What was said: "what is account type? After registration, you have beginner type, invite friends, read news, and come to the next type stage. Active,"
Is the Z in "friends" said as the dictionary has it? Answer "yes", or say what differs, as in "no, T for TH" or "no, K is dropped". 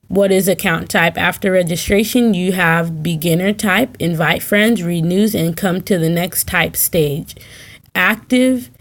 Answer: yes